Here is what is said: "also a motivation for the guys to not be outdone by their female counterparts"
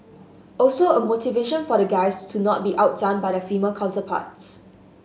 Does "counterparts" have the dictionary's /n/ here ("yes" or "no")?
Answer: no